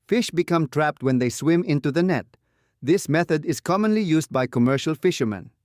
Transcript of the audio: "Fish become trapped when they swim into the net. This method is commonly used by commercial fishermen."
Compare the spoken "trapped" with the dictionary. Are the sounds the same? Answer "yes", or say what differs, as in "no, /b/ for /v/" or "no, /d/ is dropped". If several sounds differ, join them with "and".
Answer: yes